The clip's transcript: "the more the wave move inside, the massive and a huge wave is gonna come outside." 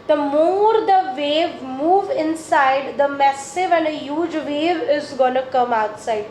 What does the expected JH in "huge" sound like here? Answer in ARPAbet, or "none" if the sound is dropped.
JH